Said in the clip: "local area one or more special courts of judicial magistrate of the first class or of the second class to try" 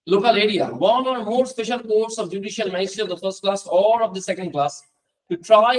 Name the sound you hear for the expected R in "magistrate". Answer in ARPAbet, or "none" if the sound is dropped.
none